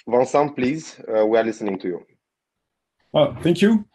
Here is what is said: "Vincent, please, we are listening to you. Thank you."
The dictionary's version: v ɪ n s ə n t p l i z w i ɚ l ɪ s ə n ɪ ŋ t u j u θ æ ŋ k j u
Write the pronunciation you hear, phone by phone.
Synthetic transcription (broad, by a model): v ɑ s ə p l i z w i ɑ l ɪ s ə n ɪ ŋ t u j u θ æ ŋ k j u